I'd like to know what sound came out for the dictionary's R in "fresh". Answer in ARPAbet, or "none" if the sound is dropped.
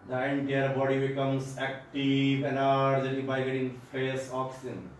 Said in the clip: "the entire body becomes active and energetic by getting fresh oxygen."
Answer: none